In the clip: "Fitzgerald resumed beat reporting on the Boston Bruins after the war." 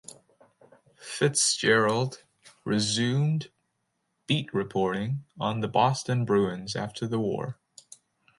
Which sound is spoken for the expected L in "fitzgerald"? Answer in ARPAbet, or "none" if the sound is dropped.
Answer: L